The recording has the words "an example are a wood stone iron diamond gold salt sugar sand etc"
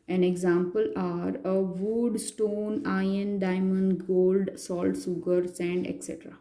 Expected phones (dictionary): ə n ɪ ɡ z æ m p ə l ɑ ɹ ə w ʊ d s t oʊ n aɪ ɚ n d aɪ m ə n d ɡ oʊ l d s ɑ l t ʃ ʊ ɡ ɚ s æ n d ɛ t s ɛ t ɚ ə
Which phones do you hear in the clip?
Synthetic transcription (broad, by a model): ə n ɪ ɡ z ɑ m p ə l ɑ ɹ ə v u d s t oʊ n aɪ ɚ n d aɪ m ə n d ɡ oʊ l d s ɑ l t s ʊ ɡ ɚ s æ n d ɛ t s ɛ t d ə